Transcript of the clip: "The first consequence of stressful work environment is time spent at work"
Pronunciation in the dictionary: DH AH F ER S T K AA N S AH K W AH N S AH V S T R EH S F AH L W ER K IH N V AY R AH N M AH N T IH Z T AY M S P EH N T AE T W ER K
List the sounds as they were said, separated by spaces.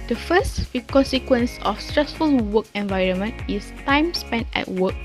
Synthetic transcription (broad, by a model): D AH F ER S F K AA N S AH K W AH N S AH F S T R EH S F AH L W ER K IH N V AY R AH N M AH N T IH S T AY M S P EH N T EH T W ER K